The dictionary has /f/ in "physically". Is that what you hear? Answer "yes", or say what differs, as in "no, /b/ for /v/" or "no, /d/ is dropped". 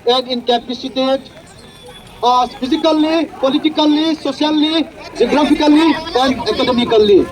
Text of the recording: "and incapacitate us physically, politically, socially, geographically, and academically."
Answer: no, /p/ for /f/